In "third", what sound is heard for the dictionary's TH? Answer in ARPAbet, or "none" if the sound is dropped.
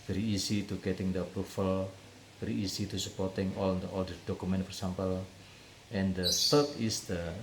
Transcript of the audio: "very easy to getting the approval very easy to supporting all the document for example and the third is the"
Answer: S